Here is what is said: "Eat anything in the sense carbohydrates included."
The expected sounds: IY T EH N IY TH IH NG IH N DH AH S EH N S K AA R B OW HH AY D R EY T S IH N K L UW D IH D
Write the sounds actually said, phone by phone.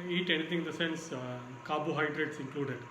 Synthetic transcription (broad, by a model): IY T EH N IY T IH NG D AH S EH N S K AA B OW HH AY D R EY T S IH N K L UW D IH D